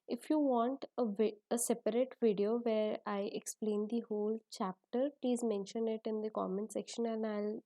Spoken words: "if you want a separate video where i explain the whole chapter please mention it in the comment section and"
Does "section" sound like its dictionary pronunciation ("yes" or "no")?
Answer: yes